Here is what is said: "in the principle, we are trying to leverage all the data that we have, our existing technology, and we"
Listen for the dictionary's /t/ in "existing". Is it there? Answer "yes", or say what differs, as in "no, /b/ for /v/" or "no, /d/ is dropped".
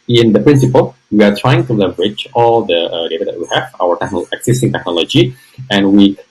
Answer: no, /s/ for /t/